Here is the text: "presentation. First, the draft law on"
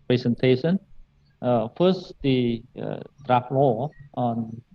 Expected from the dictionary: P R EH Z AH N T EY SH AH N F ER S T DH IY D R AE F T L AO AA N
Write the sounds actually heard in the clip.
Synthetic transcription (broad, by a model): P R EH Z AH N T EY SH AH N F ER S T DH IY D R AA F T W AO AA N